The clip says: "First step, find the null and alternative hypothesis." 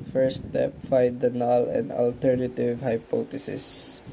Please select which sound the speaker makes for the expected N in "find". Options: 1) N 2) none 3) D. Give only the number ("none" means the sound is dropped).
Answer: 2